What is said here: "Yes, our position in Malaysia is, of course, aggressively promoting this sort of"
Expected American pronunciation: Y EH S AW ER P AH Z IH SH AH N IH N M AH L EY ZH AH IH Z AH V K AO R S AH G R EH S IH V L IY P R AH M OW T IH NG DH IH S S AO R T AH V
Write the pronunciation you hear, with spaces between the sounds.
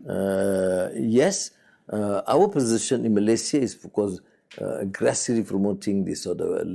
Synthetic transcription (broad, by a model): Y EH S AW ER P AH Z IH SH AH N IH N M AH L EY S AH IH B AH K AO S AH G R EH S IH L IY P R AH M OW T IH NG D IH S S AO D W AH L